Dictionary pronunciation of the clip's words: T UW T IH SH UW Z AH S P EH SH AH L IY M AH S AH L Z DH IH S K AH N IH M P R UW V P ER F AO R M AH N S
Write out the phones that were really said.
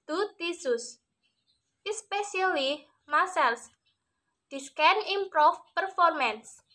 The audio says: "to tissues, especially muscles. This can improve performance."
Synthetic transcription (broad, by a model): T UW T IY S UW S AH S P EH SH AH L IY M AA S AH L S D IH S K AH N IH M P R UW F P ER F AO R M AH N S